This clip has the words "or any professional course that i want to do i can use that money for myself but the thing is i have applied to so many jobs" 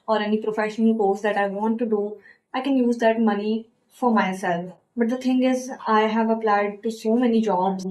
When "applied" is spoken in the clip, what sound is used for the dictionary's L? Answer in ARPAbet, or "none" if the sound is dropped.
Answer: L